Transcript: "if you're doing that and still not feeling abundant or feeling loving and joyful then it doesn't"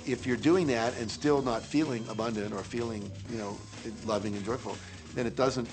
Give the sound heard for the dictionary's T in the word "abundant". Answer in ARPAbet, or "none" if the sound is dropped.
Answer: T